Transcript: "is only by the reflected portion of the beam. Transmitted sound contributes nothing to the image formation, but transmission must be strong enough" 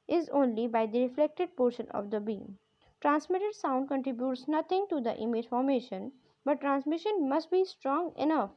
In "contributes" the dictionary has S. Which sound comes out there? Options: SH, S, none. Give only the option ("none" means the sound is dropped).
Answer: S